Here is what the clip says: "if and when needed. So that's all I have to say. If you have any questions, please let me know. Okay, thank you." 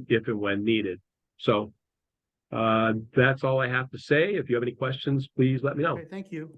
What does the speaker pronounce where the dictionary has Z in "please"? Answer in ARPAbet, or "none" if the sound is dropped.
Z